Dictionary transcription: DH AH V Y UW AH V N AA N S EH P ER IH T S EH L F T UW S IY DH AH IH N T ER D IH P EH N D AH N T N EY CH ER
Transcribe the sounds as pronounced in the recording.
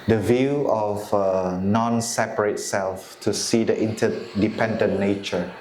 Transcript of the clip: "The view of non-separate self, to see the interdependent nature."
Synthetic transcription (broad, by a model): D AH V Y UW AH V N AA N S EH P ER IH T S EH L F T UW S IY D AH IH N T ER D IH P EH N D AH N N EY CH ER